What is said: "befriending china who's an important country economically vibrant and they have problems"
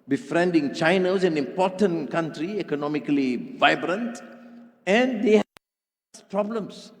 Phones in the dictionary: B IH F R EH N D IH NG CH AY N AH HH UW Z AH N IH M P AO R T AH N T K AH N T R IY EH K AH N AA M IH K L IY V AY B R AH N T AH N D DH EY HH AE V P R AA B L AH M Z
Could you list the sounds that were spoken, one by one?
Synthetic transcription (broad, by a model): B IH F R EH N D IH NG CH AY N AH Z AH N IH M P AO T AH N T K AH N T R IY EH K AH N AA M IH K L IY V AY B R AH N T AH N D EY HH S P R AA B L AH M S